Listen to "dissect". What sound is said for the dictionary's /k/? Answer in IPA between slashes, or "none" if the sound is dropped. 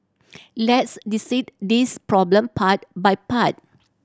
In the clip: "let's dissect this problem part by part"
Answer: none